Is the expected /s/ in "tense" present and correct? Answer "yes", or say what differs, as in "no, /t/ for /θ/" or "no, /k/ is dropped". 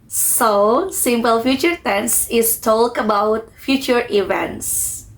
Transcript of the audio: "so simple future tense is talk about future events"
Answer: yes